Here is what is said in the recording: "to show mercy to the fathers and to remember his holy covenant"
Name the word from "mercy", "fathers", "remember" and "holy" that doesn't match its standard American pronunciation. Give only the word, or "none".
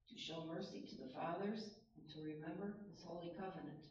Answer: none